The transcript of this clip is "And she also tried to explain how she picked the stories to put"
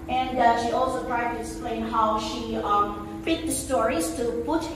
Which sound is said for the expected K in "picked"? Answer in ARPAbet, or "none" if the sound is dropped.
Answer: none